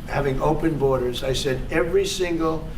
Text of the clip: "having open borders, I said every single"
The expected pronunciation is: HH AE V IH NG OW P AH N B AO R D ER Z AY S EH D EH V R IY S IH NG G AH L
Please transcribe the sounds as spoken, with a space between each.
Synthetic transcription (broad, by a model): HH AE V IH NG OW P AH N B AO R D ER Z AY S EH D EH V R IY S IH NG G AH L